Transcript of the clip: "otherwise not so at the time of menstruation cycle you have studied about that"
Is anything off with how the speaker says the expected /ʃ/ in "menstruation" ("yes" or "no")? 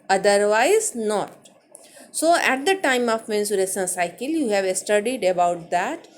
yes